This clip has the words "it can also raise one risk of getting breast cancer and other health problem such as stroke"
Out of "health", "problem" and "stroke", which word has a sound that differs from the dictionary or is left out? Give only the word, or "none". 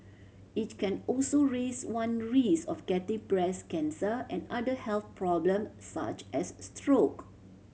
none